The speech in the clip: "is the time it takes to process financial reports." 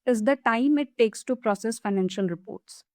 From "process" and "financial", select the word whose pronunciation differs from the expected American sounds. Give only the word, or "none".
none